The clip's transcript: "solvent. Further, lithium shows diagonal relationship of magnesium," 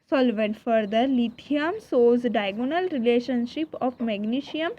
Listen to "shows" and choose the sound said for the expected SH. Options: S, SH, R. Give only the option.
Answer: S